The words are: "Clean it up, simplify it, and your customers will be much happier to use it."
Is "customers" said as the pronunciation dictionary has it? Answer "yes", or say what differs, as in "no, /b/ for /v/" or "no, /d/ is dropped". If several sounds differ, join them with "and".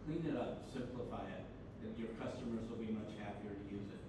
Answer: yes